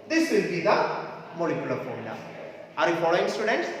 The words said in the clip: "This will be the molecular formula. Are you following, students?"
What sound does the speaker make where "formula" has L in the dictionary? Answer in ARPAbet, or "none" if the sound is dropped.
none